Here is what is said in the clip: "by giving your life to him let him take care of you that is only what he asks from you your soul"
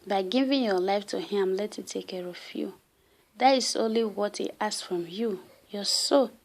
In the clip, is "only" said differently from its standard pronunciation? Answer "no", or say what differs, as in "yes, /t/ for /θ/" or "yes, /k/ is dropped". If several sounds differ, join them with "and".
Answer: no